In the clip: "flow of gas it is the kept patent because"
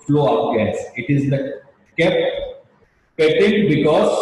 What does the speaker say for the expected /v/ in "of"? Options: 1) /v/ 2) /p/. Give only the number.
2